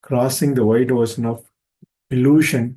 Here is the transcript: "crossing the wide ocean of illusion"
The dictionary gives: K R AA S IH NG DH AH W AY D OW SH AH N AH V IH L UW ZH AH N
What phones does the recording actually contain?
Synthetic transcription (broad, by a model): K R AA S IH NG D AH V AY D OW S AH N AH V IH L UW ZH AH N